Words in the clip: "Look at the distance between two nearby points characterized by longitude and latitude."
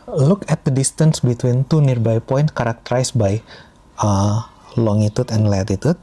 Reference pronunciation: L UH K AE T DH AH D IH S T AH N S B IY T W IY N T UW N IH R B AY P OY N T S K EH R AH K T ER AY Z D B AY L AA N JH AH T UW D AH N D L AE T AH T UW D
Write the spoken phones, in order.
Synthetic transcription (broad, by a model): L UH K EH T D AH D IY S T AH N S B IY T W IY N T UW N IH R B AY P OY N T K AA R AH K T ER AY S B AY L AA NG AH T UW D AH N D L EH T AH T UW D